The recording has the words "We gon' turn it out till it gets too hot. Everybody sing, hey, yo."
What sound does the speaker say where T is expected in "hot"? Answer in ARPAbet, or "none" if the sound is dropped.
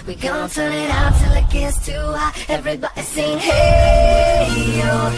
none